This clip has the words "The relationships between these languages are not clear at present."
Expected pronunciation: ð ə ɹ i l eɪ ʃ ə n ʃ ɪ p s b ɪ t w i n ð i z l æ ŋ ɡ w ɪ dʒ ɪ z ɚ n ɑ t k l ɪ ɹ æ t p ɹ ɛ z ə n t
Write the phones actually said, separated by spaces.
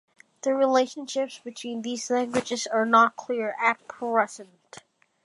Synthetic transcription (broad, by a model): ð ə ɹ i l eɪ ʃ ə n ʃ ɪ p s b ɪ t w i n ð i z l æ ŋ ɡ w ɪ dʒ ɪ z ɚ n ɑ t k l ɪ ɹ æ t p ɹ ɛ s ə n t